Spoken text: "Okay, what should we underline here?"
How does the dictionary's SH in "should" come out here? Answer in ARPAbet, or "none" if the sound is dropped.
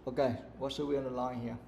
S